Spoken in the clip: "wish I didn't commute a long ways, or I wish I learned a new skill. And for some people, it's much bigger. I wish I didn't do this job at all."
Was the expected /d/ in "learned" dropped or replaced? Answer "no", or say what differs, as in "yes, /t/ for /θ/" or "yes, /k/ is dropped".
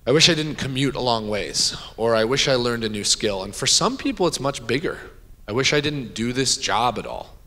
no